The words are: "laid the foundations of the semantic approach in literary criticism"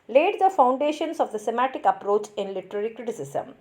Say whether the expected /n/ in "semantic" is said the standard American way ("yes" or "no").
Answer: no